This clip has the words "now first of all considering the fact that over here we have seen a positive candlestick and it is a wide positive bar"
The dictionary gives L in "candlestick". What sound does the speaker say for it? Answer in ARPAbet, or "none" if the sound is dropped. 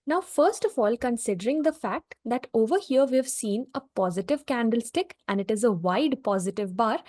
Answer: L